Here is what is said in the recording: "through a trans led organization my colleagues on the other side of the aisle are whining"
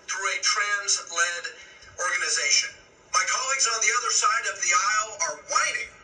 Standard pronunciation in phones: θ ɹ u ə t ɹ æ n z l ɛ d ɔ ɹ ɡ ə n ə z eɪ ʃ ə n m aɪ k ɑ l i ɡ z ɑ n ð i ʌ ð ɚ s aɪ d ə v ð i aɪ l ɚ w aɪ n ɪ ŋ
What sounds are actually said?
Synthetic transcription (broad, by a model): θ ɹ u ə t ɹ æ n z l ɛ d ɔ ɹ ɡ ə n ə z eɪ ʃ ə n m aɪ k ɑ l i ɡ z n ð i ʌ ð ɚ s aɪ d ə v ð i aɪ l ɚ w aɪ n ɪ ŋ